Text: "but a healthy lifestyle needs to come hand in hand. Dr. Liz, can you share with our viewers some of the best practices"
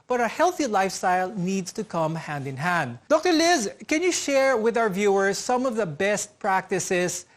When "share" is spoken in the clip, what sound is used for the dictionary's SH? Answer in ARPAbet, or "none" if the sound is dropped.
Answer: SH